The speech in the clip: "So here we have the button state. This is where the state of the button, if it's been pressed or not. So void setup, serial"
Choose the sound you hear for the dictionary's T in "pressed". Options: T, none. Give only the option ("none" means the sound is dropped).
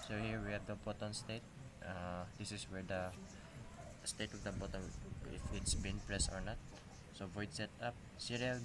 none